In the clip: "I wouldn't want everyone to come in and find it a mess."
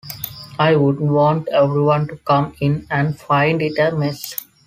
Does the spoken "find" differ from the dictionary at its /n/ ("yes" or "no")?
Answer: no